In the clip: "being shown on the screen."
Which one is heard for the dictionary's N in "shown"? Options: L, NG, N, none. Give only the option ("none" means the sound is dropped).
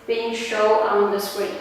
none